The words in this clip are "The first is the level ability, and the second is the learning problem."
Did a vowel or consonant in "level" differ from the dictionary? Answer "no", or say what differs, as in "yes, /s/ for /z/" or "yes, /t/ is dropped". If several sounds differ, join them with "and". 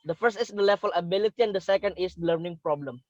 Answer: yes, /f/ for /v/